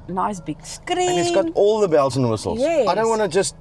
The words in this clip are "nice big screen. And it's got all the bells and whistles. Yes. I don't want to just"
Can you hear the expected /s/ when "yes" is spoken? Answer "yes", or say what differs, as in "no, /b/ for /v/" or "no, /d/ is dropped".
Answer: no, /s/ is dropped